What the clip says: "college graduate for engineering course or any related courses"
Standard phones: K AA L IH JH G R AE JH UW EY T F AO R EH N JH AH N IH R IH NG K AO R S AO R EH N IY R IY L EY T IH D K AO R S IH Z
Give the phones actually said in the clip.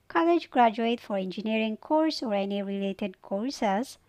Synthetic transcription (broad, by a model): K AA L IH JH G R AE JH UW EY T F AO R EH N JH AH N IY R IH NG K AO R S AO R EH N IY R IY L EY T IH D K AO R S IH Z